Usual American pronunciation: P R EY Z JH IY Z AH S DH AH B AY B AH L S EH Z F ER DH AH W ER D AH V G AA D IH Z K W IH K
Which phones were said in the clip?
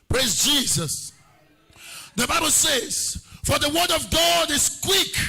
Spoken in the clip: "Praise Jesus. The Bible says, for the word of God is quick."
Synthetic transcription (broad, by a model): P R EY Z JH IY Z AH S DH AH B AY B AH L S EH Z F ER DH AH W ER D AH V G AA D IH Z K W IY K